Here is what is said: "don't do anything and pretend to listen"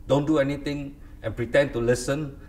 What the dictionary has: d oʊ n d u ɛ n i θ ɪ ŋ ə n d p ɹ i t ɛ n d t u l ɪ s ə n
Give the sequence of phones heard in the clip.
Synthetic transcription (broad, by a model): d oʊ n d u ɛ n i t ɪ ŋ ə n p ɹ i t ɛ n t u l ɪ s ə n